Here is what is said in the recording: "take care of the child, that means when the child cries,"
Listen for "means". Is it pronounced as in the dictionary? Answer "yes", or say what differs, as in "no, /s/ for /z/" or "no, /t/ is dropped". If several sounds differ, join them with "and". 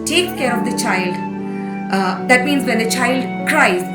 yes